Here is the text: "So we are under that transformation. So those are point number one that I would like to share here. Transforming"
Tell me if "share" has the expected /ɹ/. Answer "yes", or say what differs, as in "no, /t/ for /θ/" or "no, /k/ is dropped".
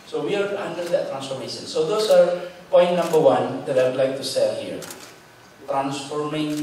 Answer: no, /l/ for /ɹ/